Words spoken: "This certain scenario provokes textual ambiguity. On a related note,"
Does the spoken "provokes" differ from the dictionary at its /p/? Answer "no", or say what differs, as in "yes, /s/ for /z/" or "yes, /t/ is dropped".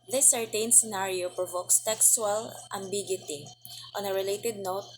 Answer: no